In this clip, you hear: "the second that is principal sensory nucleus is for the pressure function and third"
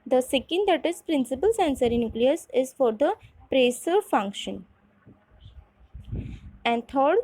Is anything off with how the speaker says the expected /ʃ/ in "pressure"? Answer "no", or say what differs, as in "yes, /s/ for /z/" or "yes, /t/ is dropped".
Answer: yes, /s/ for /ʃ/